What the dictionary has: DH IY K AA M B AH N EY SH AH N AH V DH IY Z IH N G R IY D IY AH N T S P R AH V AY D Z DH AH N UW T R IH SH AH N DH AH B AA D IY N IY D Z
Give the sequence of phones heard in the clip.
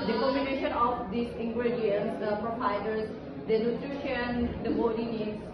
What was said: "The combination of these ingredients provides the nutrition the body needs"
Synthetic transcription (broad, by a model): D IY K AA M AH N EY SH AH N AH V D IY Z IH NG G R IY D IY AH N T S P R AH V AY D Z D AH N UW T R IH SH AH N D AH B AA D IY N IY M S